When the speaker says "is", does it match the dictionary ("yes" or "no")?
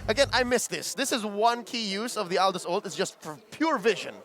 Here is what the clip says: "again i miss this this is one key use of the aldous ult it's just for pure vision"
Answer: yes